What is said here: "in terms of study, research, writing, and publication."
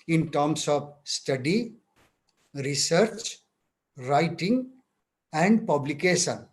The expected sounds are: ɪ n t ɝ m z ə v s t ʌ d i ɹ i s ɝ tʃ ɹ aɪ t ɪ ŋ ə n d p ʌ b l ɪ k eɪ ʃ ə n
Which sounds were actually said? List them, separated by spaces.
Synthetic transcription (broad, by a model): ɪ n t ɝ m s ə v s t ʌ d i ɹ i s ɝ tʃ ɹ aɪ t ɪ ŋ ə n d p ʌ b l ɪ k eɪ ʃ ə n